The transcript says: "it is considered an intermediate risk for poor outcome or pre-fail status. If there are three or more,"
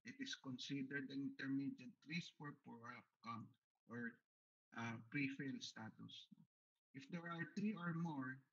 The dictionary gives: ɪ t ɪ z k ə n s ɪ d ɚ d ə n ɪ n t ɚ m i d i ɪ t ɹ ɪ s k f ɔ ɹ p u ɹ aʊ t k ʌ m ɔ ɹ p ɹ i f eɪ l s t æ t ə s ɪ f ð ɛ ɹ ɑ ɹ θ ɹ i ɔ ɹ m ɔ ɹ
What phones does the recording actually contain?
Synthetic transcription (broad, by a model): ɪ t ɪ s k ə n s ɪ d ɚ d ə n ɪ n t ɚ m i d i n ɹ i s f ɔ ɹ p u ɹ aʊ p k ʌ m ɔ ɹ p ɹ i f eɪ l s t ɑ t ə s ɪ f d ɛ ɹ ɑ ɹ t ɹ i ɔ ɹ m ɔ ɹ